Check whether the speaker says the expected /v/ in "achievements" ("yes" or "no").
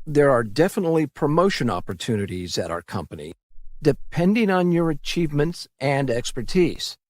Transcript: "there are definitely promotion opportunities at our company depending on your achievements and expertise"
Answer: yes